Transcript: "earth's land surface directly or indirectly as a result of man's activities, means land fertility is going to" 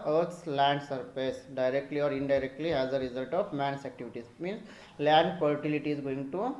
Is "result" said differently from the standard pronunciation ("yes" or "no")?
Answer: no